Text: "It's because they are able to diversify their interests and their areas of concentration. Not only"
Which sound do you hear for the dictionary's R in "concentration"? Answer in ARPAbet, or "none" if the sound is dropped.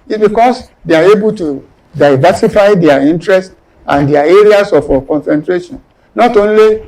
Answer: R